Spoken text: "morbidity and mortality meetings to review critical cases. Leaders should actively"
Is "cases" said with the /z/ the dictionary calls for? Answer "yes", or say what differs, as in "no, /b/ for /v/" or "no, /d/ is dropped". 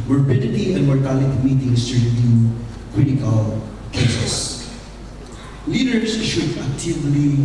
no, /s/ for /z/